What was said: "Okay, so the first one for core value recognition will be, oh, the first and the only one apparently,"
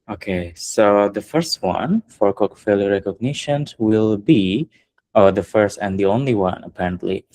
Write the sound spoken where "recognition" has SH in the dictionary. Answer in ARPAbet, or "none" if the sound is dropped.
SH